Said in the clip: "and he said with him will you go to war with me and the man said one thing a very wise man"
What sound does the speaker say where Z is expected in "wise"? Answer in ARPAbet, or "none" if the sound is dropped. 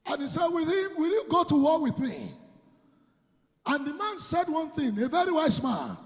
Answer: S